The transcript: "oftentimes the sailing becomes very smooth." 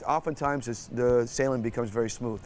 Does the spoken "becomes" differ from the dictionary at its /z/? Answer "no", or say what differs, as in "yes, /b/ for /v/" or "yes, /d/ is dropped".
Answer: no